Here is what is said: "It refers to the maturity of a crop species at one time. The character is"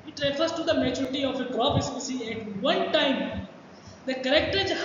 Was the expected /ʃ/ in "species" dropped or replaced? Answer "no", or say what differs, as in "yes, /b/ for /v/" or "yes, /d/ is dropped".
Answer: yes, /s/ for /ʃ/